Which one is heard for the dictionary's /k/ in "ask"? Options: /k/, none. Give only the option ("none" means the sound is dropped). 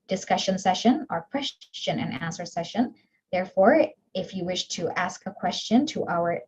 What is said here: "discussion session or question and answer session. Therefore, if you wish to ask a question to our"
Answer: /k/